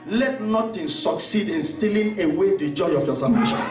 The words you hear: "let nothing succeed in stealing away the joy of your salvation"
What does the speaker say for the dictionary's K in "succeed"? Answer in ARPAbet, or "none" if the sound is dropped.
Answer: K